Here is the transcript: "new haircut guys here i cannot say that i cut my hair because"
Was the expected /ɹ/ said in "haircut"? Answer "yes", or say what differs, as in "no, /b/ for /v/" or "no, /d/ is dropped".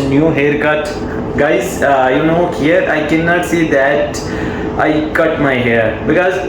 yes